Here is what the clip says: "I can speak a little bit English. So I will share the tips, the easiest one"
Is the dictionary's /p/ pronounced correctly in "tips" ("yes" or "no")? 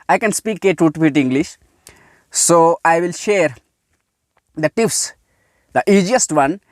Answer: no